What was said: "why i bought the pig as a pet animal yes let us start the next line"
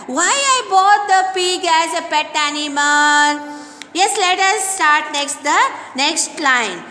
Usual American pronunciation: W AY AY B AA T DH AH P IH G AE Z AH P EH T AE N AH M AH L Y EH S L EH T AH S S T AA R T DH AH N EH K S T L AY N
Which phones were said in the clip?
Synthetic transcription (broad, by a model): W AY AY B AA T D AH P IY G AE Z AH P EH T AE N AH M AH N Y EH S L EH T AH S S T AA R T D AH N EH K S T L AY N